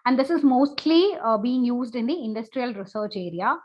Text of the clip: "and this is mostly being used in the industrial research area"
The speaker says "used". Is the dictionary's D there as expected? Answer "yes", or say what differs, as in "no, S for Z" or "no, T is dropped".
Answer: yes